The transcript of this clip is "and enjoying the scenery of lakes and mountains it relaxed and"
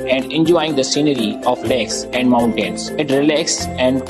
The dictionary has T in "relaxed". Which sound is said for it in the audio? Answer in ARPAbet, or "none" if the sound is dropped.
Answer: none